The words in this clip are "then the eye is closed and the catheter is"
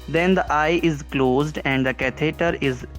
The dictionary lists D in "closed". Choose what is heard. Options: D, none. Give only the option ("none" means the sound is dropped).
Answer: D